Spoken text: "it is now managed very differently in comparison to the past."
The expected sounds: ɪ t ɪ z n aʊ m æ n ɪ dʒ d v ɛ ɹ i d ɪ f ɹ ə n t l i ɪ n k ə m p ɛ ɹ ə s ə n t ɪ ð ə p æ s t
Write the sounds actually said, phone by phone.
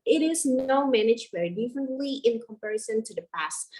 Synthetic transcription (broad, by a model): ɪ t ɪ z n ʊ m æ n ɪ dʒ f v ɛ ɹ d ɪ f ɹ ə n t l i ɪ n k ə m p ɛ ɹ ə s ə n t ɪ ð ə p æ s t